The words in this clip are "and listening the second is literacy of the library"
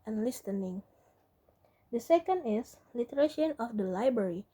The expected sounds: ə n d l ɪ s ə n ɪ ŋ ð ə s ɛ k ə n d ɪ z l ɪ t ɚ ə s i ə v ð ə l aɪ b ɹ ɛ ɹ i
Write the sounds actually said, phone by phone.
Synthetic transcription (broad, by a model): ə n l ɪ s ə n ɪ ŋ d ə s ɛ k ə n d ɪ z l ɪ t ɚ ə ʃ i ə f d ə l aɪ b ɹ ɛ ɹ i